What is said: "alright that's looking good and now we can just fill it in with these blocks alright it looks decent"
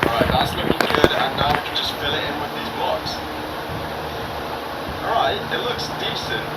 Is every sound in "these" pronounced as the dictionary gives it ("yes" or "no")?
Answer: yes